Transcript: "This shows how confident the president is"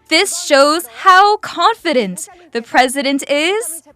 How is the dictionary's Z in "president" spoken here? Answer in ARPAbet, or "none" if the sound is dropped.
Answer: Z